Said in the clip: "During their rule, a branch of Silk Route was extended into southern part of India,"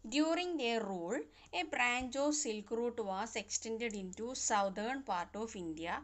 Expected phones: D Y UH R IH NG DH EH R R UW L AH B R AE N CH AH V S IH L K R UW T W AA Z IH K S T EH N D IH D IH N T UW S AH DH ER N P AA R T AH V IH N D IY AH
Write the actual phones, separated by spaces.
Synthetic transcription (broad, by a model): D Y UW R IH NG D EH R R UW L AH B R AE N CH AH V S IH L K R UW T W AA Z IH K S T EH N D IH D IH N T UW S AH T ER N P AA R T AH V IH N D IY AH